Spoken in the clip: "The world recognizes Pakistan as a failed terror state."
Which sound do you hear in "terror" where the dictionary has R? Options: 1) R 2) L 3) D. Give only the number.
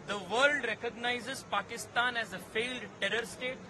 1